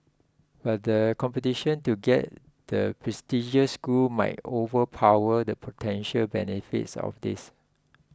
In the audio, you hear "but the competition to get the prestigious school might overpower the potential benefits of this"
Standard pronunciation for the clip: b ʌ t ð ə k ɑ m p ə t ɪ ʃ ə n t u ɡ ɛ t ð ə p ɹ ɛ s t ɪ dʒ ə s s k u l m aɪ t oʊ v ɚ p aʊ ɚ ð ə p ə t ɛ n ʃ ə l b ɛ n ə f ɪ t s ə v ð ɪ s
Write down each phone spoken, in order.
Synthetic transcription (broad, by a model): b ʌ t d ə k ɑ m p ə t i ʃ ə n t u ɡ ɛ t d ə p ɹ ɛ s t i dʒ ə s s k u l m aɪ t oʊ v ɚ p aʊ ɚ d ə p ə t ɛ n ʃ ə l b ɛ n ə f ɪ t s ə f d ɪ s